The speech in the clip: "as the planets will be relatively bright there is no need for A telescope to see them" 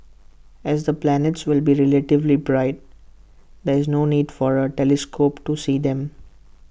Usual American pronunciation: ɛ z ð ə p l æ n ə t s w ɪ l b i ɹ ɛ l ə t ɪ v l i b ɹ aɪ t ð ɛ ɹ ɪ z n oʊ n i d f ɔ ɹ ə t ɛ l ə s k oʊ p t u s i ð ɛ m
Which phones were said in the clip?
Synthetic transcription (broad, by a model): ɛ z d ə p l æ n ə t s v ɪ l b i ɹ ɛ l ə t ɪ v l i b ɹ aɪ t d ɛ ɹ ɪ z n oʊ n i d f ɔ ɹ ə t ɛ l ə s k oʊ p t u s i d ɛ m